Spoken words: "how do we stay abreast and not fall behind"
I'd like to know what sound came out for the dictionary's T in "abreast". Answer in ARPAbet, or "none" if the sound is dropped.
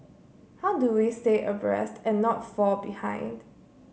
T